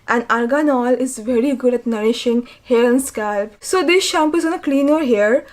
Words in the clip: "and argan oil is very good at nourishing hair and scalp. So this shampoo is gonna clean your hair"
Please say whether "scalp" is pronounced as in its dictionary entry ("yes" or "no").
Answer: yes